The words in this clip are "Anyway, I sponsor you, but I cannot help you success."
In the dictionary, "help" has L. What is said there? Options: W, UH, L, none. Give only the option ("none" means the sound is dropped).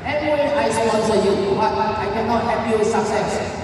none